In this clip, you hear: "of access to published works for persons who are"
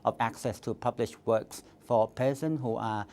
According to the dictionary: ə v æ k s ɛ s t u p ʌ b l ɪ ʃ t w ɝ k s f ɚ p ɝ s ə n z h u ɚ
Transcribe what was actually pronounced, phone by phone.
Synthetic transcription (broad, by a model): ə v æ k s ɛ s t u p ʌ b l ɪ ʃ w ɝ k s f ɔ p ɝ s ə n h u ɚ